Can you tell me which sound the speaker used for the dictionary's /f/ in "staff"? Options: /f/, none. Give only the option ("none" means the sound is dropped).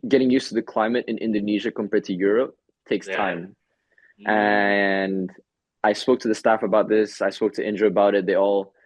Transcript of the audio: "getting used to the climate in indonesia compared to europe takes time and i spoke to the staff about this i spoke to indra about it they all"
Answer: /f/